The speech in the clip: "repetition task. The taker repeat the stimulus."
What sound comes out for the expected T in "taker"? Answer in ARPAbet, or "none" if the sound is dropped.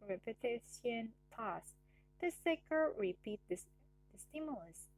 S